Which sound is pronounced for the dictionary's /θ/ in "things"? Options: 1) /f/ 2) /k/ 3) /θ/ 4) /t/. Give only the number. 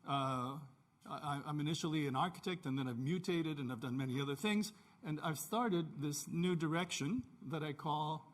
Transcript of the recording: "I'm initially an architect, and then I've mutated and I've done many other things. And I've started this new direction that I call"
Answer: 3